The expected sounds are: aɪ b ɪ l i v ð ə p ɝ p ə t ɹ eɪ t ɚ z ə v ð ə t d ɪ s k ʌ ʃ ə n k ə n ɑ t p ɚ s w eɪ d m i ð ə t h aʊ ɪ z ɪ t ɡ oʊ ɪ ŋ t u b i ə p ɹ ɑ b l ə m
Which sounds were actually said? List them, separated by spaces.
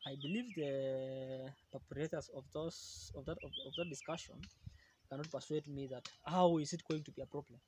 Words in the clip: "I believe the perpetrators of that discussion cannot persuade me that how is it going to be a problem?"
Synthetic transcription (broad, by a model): aɪ b ɪ l i v ð ə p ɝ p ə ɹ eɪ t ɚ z ə v ð ə t d ɪ s k ʌ ʃ ə n k ə n ɑ t p ɚ s w eɪ d m i ð ə t h aʊ ɪ z ɪ t ɡ oʊ ɪ ŋ t u b i ə p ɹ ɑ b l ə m